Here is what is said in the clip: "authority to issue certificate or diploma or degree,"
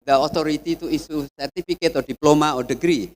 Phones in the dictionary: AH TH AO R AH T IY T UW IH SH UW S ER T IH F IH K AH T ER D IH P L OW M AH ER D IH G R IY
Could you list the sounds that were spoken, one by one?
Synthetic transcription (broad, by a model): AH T AO R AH T IY T UW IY S UW S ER T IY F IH K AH T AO D IH P L OW M AH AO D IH G R IY